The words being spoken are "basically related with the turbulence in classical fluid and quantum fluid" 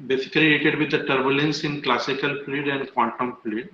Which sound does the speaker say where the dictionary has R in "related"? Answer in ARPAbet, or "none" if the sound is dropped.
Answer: L